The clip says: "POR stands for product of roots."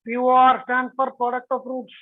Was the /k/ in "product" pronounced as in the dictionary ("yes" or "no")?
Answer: yes